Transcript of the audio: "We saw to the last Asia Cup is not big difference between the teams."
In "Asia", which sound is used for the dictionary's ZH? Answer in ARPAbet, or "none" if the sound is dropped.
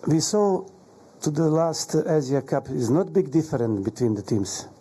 Z